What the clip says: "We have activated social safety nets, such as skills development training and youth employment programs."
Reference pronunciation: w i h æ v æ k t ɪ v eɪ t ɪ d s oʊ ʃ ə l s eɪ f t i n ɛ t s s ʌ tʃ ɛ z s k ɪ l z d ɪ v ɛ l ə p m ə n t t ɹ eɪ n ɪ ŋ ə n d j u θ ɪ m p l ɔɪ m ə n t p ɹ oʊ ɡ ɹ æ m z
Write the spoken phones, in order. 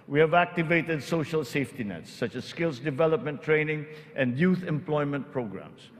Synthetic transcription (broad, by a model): w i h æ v æ k t ɪ v eɪ t ɪ d s oʊ ʃ ə l s eɪ f t i n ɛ t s s ʌ tʃ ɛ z s k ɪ l s d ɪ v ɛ l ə p m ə n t t ɹ eɪ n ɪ ŋ ə n d j u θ ɪ m p l ɔɪ m ə n t p ɹ oʊ ɡ ɹ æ m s